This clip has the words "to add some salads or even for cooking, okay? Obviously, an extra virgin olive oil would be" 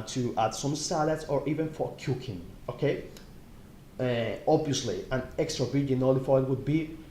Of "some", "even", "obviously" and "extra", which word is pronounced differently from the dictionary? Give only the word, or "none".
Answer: none